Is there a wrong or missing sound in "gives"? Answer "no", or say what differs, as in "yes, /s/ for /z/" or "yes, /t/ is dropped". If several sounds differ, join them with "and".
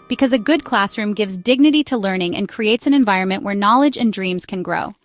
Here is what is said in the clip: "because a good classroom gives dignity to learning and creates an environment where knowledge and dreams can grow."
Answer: no